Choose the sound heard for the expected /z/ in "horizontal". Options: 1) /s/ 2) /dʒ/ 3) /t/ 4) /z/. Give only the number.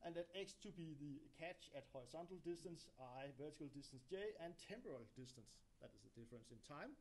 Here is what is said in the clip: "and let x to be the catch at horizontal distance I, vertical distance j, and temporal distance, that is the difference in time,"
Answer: 1